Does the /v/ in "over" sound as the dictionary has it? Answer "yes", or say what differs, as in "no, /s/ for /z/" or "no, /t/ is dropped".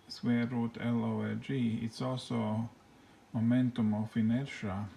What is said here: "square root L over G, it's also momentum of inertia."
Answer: no, /v/ is dropped